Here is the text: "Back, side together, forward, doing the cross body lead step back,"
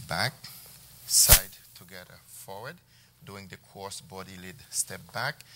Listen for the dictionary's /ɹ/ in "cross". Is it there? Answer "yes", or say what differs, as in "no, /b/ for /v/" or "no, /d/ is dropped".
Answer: no, /ɹ/ is dropped